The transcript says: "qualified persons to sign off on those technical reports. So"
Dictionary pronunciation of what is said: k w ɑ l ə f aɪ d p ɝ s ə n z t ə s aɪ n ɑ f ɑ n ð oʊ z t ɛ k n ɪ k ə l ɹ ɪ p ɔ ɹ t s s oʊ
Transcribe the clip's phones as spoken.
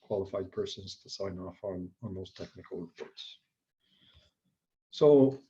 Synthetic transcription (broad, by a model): k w ɑ l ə f aɪ d p ɝ s ə n z t ə s aɪ n ɑ f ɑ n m oʊ s t ɛ k n ɪ k ə l ɹ ɪ p ɔ ɹ t s s oʊ